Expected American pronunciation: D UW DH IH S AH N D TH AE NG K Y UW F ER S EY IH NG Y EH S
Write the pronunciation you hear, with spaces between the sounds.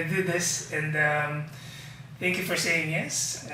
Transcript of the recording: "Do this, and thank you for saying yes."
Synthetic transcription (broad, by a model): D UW DH IH S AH N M TH AE NG K Y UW F ER S EY IH NG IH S